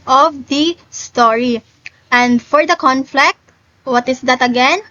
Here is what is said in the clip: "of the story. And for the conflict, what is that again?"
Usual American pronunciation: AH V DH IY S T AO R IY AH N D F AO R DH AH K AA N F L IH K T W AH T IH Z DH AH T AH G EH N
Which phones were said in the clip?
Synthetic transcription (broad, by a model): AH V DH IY S T AO R IY AH N D F AO R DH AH K AA N F L IH K T W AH T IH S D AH T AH G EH N